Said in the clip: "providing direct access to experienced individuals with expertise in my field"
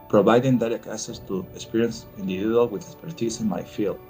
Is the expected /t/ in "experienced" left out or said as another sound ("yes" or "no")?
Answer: yes